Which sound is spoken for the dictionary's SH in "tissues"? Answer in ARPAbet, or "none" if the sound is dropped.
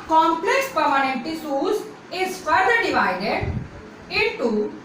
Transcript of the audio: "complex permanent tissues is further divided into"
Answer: S